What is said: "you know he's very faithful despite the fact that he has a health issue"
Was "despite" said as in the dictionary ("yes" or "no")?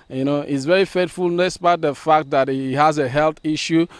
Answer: no